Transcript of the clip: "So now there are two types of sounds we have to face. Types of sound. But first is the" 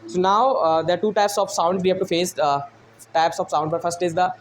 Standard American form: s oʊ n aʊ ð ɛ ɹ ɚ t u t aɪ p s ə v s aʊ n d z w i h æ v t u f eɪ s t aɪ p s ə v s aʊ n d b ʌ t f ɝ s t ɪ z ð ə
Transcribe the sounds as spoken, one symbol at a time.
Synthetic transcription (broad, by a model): s oʊ n aʊ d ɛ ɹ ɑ t u t aɪ p s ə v s aʊ n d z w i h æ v t u f eɪ s t aɪ p s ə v s aʊ n d b ʌ t f ɝ s t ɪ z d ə